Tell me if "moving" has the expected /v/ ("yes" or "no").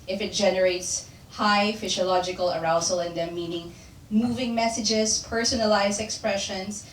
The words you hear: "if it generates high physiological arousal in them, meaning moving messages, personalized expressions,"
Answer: yes